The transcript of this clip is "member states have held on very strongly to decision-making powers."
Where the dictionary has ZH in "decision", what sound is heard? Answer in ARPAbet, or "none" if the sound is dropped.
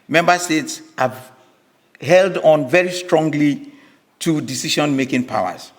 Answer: SH